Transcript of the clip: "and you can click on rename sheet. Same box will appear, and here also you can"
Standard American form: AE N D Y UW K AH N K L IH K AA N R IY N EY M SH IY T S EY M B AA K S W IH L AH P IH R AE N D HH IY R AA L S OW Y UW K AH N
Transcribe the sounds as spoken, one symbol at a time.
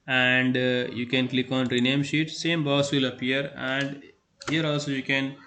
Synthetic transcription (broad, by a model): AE N D Y UW K AH N K L IH K AA N R IY N EY M SH IY T S EY M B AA S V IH L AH P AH R AE N D HH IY R AA L S OW Y UW K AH N